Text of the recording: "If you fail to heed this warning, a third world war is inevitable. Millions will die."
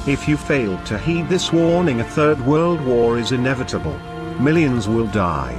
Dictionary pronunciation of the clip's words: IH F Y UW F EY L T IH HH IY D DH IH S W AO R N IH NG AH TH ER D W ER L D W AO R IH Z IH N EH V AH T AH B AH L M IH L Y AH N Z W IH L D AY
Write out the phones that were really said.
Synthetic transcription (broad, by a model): IH F Y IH F EY L T IH HH IY D DH IH S W AO R N IH NG AH TH ER D W ER L D W AO R IH Z IH N EH V AH T AH B AH L M IH L Y AH N Z W IH L D AY